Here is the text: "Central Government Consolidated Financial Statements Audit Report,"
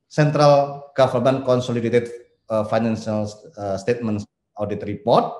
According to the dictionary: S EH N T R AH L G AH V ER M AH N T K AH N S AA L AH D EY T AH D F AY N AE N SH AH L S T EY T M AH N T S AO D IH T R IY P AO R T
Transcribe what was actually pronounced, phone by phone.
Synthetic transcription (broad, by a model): S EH N T R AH L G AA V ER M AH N K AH N S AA L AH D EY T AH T F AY N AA N S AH L S T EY T M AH N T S AO D IH T R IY P AO R T